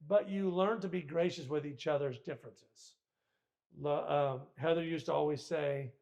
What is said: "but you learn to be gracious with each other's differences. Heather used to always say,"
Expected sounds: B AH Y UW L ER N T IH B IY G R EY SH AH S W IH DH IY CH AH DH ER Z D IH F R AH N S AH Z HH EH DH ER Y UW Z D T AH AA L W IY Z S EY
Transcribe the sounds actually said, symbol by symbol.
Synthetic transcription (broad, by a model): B AH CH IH L ER N T IH B IY G R EY SH AH S W IH DH IY CH AH DH ER Z D IH F R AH N S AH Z HH EH DH ER Y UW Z T AH AA L W IY Z S EY